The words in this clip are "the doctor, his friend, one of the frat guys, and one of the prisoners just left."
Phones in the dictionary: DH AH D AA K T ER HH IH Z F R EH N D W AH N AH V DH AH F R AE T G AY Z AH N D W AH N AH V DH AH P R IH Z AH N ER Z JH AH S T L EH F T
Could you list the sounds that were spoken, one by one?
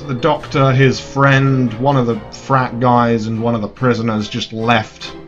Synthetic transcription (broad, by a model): DH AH D AA K T ER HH IH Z F R EH N D W AH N AH V DH AH F R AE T G AY Z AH N W AH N AH V DH AH P R IH Z AH N ER Z JH AH S T L EH F T